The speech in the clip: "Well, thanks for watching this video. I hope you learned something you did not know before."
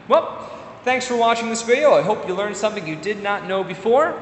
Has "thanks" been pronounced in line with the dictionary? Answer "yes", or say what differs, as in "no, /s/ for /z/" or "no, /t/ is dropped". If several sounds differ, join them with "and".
yes